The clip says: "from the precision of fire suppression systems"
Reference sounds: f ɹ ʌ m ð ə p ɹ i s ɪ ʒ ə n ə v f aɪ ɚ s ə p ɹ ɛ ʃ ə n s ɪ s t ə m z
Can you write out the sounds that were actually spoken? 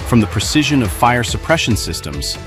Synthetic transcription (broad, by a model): f ɹ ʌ m ð ə p ɹ i s ɪ ʒ ə n ə v f aɪ ɚ s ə p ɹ ɛ ʃ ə n s ɪ s t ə m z